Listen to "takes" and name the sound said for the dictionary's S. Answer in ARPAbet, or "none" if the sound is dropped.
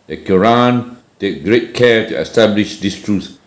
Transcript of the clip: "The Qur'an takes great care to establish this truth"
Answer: none